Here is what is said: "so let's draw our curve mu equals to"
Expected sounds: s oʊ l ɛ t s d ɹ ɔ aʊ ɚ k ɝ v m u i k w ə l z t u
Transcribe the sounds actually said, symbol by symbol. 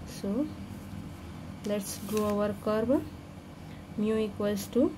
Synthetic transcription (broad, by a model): s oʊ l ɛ t s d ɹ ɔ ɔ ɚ k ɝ b m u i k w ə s t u